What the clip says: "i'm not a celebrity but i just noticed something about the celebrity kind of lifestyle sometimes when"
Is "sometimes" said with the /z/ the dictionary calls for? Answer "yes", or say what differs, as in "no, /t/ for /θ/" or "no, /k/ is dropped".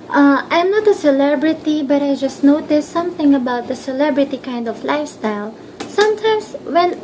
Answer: no, /s/ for /z/